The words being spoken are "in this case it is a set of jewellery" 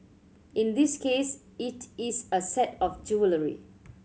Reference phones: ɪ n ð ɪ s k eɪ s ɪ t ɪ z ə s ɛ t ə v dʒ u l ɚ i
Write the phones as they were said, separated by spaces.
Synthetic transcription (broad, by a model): ɪ n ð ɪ s k eɪ s ɪ t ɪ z ə s ɛ t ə f dʒ u l ɚ i